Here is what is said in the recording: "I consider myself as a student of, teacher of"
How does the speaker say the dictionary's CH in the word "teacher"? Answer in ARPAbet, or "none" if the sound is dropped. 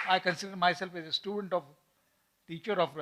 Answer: CH